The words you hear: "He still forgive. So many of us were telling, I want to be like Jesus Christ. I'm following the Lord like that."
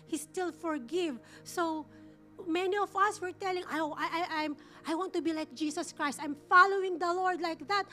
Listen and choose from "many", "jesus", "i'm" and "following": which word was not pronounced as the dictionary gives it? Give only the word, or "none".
jesus